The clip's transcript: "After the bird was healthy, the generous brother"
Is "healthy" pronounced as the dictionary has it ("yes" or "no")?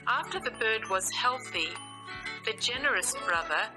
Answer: yes